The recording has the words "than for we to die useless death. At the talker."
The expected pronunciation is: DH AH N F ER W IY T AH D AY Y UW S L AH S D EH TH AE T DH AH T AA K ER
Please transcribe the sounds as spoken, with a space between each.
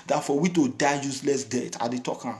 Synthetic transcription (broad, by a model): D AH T F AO W IY T AH D AY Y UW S L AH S D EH T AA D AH T AA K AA